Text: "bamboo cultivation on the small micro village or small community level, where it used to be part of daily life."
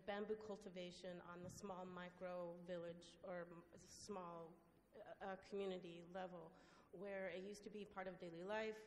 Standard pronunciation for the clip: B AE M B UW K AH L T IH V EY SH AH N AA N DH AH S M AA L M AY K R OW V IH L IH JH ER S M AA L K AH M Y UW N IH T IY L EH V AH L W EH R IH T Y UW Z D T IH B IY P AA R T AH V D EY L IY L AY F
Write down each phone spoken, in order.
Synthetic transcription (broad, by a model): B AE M B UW K AH L T IH V EY SH AH N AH N DH AH S M AA L M AY K R OW V IH L IH JH ER S M AA L K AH M Y UW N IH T IY L EH V L W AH R IH T Y UW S T IH B IY P AA R T AH V D EY L IY L AY F